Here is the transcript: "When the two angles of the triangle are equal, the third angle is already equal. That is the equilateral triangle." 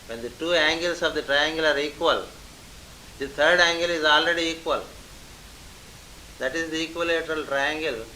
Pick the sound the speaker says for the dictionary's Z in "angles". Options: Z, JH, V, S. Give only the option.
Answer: S